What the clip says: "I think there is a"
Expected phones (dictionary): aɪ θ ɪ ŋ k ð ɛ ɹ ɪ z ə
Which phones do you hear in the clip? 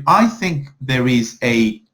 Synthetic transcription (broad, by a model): aɪ θ ɪ ŋ k ð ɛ ɹ ɪ z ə